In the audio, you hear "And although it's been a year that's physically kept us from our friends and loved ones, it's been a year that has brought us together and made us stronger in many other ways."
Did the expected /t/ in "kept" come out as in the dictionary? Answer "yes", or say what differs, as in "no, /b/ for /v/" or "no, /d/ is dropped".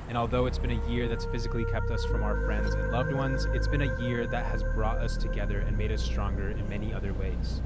yes